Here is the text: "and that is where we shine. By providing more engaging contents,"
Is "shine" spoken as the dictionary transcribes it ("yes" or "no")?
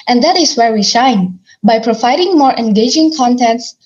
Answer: yes